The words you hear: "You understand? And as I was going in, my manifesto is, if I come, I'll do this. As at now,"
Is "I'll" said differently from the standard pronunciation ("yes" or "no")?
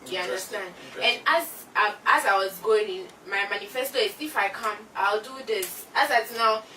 no